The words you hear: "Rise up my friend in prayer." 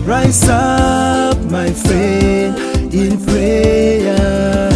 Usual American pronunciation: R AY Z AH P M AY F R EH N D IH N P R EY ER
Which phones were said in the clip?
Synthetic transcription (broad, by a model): R AY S AH P M AY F R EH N IH N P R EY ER